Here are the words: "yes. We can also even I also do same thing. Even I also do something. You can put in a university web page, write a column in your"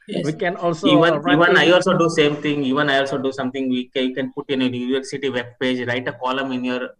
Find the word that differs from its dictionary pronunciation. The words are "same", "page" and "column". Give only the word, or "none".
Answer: none